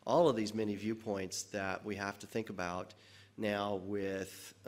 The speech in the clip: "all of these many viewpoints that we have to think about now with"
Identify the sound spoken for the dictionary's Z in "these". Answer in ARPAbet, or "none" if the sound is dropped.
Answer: Z